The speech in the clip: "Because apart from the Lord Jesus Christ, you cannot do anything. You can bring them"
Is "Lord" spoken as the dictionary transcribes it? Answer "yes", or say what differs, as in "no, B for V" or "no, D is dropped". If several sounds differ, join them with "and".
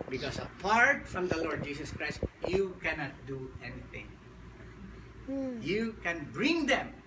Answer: yes